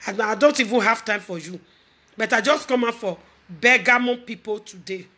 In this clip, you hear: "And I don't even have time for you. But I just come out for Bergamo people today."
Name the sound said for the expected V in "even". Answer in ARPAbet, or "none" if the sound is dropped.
V